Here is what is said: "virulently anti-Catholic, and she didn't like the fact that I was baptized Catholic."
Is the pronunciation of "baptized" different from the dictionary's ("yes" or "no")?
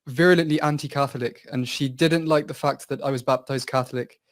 no